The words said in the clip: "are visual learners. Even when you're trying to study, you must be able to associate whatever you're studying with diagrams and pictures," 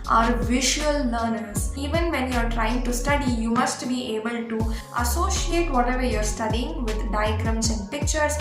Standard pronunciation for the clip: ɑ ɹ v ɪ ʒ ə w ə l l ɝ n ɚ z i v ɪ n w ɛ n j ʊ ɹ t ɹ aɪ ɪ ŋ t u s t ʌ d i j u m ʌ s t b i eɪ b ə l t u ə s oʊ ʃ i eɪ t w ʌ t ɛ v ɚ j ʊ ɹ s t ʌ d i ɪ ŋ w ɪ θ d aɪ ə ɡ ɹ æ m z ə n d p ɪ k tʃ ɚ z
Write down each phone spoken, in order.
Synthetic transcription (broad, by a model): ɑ ɹ v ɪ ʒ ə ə l n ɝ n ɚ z i v ɪ n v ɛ n j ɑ ɹ t ɹ aɪ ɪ ŋ t u s t ʌ d i j u m ʌ s t b i eɪ b ə l t u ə s oʊ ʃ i eɪ t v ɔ t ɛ v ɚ j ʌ ɹ s t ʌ d i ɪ ŋ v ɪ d d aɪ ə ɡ ɹ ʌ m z ə n d p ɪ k tʃ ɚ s